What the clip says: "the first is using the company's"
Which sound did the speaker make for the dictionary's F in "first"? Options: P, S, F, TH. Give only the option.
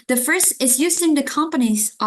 F